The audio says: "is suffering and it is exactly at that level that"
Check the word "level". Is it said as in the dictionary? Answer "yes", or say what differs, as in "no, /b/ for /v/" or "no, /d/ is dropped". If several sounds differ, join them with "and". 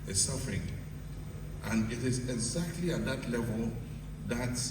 yes